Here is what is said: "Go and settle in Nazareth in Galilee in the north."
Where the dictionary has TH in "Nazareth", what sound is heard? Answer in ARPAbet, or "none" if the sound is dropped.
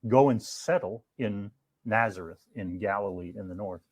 TH